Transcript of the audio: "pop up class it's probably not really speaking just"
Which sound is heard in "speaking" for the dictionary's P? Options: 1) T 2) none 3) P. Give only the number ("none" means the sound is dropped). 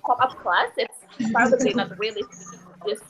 2